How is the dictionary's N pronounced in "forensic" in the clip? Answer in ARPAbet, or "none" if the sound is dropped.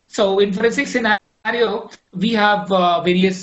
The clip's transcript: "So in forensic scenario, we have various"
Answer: none